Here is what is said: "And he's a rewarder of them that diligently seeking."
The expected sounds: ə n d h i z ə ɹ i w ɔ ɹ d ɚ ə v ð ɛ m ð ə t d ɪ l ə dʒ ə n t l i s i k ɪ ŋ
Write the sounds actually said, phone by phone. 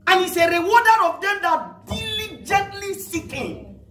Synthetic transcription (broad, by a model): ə n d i s ə ɹ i w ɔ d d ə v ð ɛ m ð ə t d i l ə dʒ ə n t l i s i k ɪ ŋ